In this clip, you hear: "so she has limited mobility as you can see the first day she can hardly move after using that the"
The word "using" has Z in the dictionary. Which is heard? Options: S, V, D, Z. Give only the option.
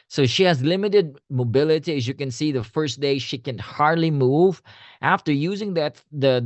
Z